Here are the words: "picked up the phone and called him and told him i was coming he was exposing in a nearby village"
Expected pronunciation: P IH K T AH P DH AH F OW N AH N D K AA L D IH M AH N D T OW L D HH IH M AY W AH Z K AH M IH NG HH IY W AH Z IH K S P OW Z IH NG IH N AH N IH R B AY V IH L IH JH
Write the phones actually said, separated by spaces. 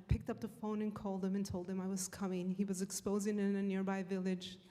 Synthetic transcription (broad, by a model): P IH K T AH P DH AH F OW N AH N K AA L D IH M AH N T OW L D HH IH M AY W AH Z K AH M IH NG IY W AH Z IH K S P OW Z IH NG IH N AH N IH R B AY V IH L IH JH